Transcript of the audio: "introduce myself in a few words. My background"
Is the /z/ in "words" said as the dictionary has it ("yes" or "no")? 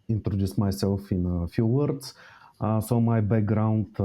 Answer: no